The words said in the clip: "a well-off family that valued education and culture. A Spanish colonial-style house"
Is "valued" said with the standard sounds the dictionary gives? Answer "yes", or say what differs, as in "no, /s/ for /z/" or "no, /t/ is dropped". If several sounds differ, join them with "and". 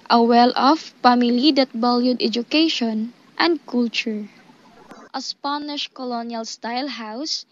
no, /b/ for /v/